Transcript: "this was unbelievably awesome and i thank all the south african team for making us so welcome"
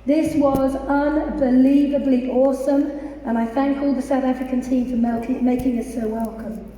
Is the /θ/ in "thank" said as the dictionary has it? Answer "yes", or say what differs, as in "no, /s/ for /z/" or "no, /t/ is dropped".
yes